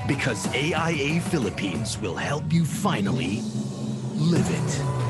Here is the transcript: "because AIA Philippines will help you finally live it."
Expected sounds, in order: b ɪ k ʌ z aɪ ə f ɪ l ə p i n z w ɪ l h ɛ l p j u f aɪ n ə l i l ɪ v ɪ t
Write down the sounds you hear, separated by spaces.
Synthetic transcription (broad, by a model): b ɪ k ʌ z aɪ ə f ɪ l ə p i n z w ɪ l h ɛ l p j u f aɪ n l i l ɪ v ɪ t